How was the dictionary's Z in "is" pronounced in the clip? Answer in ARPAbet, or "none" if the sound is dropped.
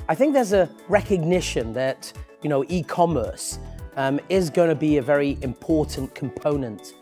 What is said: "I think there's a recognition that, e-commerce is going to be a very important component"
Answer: Z